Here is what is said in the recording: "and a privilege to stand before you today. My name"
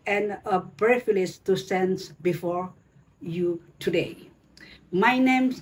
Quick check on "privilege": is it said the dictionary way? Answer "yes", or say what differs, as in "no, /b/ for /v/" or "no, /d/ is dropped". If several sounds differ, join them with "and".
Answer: no, /b/ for /p/ and /f/ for /v/